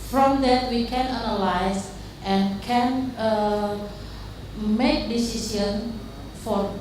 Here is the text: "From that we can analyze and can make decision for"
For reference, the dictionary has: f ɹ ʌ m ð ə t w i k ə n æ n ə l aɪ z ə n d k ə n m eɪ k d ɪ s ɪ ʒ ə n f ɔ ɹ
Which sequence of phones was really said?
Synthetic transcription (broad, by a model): f ɹ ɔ m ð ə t w i k ə n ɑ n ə l aɪ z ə n k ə n m eɪ k d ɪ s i s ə n f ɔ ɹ